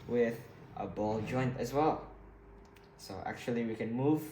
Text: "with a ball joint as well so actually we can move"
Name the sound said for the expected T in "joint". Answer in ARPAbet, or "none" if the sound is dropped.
T